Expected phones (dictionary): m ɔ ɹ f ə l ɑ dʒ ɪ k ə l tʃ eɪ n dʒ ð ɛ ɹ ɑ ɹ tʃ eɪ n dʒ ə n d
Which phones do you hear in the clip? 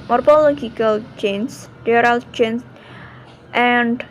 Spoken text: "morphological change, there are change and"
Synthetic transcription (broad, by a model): m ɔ ɹ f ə l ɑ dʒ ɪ k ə l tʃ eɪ n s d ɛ ɹ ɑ l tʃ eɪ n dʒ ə n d